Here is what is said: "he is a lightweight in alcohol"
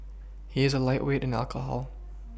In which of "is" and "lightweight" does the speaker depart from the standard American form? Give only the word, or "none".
none